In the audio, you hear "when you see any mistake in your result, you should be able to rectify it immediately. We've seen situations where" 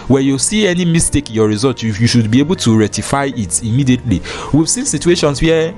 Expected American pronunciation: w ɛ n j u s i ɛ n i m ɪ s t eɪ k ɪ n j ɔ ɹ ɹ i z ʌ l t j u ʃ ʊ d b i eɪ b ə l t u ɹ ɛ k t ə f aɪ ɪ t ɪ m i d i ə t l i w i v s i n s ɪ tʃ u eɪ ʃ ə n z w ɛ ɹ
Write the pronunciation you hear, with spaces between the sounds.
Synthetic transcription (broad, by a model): w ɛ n j u s i ɛ n i m ɪ s t eɪ k ɪ n j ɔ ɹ ɹ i z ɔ l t j u ʃ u d b i eɪ b ə l t u ɹ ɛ t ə f aɪ ɪ t ɪ m i d i ə t l i w i v s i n s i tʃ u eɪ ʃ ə n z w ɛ